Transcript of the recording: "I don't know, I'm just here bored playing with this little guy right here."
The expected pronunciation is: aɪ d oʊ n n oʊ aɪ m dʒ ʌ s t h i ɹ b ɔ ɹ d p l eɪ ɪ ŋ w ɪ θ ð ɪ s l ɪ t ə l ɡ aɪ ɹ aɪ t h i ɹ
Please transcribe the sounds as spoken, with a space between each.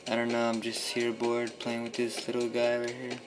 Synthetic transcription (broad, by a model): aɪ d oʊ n n oʊ aɪ m dʒ ʌ s t h i ɹ b ɔ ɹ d p l eɪ ɪ ŋ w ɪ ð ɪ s l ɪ t l ɡ aɪ w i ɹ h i ɹ